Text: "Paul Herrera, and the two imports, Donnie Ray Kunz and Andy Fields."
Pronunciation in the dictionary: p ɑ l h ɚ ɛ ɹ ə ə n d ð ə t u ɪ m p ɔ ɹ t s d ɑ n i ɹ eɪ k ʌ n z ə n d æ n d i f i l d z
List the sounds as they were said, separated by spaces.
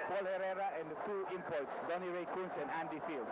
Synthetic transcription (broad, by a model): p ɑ l h ɚ ɛ ɹ ə ə n d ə t u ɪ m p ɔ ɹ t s d ɑ n i ɹ eɪ k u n s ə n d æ n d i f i l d